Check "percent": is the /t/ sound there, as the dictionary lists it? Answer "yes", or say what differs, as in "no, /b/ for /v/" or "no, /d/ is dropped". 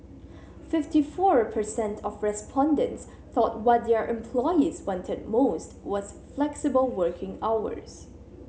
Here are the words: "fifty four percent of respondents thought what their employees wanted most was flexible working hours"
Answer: yes